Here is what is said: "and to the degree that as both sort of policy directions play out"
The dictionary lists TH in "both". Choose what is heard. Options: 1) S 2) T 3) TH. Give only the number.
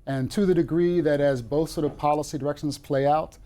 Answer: 3